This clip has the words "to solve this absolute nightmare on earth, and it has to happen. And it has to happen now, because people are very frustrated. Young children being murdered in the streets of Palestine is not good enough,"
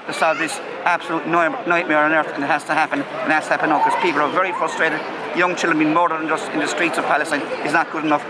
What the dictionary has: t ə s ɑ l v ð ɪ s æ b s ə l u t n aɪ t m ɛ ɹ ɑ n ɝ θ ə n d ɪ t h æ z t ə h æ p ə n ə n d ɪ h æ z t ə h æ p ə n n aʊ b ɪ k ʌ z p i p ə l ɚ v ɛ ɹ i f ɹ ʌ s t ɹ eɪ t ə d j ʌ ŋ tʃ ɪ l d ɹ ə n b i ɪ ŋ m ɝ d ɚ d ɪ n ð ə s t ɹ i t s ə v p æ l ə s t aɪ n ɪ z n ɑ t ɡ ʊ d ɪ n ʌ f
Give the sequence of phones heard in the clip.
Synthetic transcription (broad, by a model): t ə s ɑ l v ð ɪ s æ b s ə l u t n aɪ t m ɛ ɹ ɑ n ɝ θ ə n ɪ t h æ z t ə h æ p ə n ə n ɪ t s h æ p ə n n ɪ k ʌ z p i p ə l ɚ v ɛ ɹ i f ɹ ʌ s t ɹ eɪ t ə d j ʌ ŋ tʃ ɪ l d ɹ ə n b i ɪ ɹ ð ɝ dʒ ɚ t ɪ n ð ə s t ɹ i t s ə v p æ l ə s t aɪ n ɪ z n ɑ t ɡ ʊ d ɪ n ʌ f